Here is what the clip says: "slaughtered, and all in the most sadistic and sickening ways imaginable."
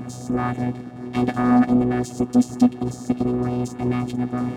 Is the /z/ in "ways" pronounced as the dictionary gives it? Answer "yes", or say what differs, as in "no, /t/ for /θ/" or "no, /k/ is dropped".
yes